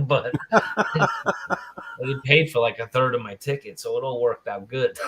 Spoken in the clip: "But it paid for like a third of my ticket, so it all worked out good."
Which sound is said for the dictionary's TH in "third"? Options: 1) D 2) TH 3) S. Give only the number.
2